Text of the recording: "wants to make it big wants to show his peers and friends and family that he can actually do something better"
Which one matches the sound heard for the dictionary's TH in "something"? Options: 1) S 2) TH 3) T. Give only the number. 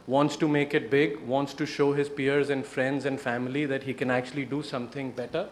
3